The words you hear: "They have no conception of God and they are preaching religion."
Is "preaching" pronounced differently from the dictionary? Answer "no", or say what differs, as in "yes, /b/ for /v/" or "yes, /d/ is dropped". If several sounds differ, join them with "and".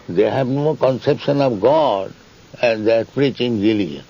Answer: no